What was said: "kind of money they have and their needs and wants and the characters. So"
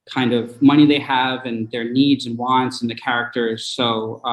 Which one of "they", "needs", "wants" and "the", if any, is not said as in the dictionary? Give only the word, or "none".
none